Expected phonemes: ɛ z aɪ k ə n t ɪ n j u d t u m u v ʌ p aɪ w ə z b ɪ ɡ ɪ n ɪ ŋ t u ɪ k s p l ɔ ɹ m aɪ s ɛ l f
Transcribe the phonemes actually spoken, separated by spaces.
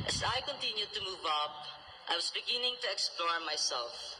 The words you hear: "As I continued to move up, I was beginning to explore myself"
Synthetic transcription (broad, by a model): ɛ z aɪ k ə n t ɪ n j u d t u m u v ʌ p aɪ w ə s b ɪ ɡ ɪ n ɪ ŋ t u ɪ k s p l ɔ ɹ m aɪ s ɛ l f